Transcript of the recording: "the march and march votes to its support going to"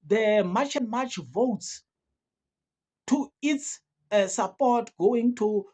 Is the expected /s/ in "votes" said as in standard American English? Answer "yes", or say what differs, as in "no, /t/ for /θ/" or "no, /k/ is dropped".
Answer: yes